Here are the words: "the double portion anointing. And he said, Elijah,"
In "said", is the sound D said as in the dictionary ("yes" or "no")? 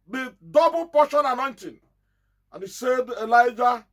yes